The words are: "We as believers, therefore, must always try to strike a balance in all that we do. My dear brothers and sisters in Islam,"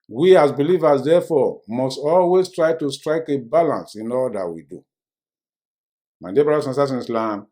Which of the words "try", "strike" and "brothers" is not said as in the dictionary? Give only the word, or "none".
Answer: brothers